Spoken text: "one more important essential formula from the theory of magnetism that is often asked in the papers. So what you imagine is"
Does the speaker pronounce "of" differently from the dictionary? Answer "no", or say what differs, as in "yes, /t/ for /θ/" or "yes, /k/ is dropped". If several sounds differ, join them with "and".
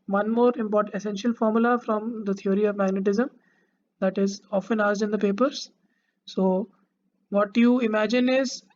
no